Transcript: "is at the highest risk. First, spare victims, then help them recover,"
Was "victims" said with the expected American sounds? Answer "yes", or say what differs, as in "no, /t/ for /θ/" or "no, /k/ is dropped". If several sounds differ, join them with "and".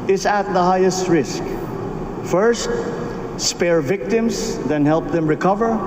no, /s/ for /z/